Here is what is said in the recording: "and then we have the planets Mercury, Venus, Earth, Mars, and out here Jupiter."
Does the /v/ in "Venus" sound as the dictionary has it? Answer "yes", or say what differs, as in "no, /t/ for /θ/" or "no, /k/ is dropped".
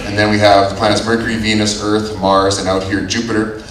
yes